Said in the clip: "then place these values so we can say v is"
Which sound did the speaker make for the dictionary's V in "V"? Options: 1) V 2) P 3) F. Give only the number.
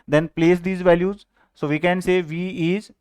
1